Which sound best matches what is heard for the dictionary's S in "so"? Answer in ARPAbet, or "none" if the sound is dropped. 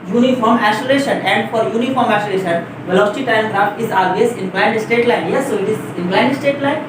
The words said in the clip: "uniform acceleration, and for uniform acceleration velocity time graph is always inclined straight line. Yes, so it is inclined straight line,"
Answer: S